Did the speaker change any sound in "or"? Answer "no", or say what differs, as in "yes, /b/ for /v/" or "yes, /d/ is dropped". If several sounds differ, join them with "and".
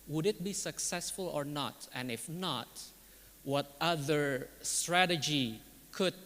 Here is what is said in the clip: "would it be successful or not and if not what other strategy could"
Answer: no